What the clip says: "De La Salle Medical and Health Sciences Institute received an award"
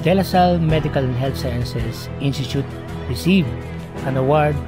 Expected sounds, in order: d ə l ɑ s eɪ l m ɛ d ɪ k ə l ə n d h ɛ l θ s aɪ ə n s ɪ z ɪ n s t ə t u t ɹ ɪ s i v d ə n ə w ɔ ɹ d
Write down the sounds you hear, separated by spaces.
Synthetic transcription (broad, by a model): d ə l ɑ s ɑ l m ɛ d ɪ k ə l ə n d h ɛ l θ s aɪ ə n s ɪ s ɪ n s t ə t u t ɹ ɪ s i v ə n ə w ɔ ɹ d